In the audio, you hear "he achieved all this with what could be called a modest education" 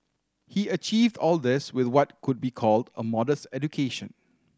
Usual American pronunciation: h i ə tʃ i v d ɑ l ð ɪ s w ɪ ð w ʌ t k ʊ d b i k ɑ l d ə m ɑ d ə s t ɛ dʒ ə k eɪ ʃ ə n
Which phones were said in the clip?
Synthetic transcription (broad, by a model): h i ə tʃ i v d ɑ l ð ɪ s w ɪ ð w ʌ t k ʊ d b i k ɑ l d ə m ɑ d ə s t ɛ dʒ ə k eɪ ʃ ə n